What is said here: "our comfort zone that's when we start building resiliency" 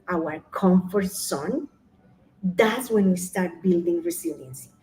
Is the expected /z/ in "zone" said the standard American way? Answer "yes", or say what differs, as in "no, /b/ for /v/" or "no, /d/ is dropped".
no, /s/ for /z/